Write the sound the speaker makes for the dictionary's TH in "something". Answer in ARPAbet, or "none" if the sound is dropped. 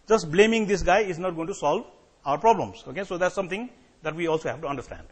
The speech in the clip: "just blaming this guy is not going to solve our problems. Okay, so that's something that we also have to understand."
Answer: T